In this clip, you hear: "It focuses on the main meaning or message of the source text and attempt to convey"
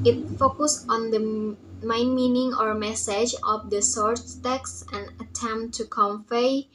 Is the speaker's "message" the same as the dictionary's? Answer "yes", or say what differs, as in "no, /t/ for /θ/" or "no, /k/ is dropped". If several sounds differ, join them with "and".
yes